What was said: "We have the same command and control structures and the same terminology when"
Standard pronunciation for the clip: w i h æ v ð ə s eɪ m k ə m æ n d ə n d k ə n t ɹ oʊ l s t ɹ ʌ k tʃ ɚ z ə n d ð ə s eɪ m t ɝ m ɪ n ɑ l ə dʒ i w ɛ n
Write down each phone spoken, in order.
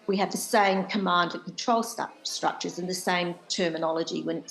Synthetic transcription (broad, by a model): w i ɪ v ð ə s eɪ m k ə m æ n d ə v k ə n t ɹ oʊ l s t ɹ ʌ k tʃ ɚ z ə n ð ə s eɪ m t ɝ m ɪ n ɑ l ə dʒ i w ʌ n